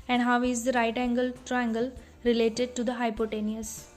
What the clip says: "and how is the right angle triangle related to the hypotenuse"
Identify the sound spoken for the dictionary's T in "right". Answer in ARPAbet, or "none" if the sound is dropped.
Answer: T